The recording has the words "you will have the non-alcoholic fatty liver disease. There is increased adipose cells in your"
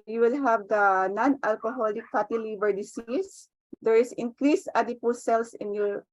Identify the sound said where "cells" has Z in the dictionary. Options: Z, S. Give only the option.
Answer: S